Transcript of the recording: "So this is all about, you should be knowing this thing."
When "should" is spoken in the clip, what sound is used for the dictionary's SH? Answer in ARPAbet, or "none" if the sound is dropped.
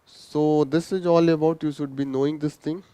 SH